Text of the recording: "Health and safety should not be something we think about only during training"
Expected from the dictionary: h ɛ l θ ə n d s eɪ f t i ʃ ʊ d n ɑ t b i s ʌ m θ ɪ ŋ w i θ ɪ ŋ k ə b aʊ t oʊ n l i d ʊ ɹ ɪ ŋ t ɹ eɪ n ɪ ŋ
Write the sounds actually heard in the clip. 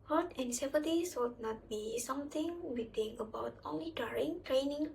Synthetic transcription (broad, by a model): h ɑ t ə n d s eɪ p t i s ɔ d n ɑ t b i s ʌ m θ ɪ ŋ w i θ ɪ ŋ ə b aʊ t oʊ n l i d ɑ ɹ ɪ ŋ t ɹ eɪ n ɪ ŋ